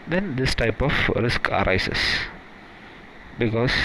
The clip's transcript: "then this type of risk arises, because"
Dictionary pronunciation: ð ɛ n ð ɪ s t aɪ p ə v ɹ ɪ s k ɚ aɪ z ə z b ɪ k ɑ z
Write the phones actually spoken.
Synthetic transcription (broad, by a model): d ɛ n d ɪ s t aɪ p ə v ɹ ɪ s k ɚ aɪ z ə s b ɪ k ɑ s